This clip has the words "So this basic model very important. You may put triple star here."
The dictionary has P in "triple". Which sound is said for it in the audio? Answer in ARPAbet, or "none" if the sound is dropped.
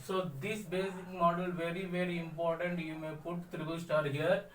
B